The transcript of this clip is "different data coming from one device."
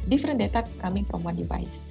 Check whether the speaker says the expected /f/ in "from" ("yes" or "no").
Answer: no